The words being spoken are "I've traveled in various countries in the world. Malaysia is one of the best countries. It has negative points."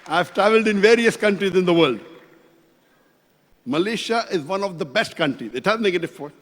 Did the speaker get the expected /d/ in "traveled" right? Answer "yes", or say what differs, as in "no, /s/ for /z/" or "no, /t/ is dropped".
yes